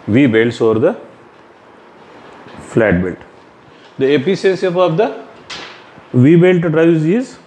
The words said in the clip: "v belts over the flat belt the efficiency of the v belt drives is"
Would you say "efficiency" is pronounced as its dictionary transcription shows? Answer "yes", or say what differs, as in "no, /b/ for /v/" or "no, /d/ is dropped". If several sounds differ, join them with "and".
no, /p/ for /f/ and /s/ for /ʃ/